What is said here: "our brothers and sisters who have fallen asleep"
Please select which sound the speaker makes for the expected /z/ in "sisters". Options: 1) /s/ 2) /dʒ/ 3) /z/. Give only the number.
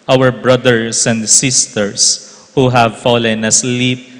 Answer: 1